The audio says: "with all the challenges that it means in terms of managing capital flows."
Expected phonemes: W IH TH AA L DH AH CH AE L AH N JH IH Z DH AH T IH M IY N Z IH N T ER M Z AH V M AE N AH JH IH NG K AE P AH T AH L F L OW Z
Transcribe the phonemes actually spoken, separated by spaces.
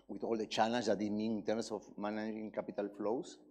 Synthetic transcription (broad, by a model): W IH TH AA L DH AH CH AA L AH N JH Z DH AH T IH M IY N IH N T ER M S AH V M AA N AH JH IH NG K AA P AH T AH L F L OW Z